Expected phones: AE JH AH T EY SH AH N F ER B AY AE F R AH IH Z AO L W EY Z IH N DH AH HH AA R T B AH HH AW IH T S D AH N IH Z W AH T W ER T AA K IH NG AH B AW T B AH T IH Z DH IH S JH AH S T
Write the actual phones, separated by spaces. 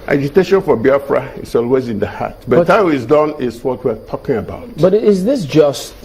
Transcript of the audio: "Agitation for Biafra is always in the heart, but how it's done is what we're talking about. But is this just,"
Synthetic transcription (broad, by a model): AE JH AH T EY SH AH N F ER B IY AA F R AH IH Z AO L W EY Z IH N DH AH HH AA T B AH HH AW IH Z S D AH N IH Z W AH T W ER T AA K IH NG AH B AW T B AH T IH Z DH IH S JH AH S T